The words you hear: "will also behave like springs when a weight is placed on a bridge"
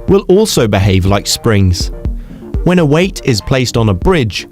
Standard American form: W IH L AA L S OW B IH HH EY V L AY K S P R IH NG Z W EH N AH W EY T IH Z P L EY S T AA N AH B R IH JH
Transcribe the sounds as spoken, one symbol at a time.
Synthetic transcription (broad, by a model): W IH L AA L S OW B IH HH EY V L AY K S P R IH NG Z W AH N AH W EY T IH Z P L EY S T N AH B R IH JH